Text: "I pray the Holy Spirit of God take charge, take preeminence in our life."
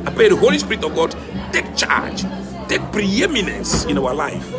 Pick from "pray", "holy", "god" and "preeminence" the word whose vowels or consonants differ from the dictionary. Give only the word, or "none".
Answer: pray